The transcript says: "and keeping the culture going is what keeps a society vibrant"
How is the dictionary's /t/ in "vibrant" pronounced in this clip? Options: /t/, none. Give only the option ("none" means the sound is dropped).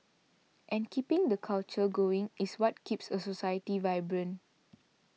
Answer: none